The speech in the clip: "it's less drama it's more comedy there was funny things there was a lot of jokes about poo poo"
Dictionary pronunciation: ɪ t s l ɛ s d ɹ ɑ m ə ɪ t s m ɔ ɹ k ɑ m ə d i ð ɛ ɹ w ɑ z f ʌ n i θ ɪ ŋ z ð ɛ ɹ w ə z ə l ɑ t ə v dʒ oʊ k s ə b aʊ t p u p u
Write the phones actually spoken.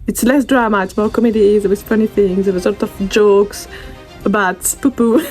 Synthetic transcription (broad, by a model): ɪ t s l ɛ s d ɹ ɑ m ə ɪ t s m ɔ ɹ k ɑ m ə d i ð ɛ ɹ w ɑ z f ʌ n i θ ɪ ŋ z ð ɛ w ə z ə l ɑ t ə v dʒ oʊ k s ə b aʊ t p u p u